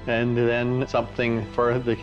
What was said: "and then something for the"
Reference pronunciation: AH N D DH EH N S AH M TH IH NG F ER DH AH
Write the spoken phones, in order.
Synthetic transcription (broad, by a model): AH N DH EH N S AH M TH IH NG F ER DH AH